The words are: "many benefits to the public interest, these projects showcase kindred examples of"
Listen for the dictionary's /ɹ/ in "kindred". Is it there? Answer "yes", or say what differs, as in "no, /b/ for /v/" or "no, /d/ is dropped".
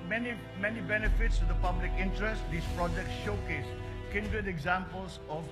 no, /ɹ/ is dropped